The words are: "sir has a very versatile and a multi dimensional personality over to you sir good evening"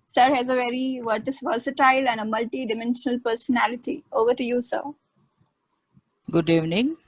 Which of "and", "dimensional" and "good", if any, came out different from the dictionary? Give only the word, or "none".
none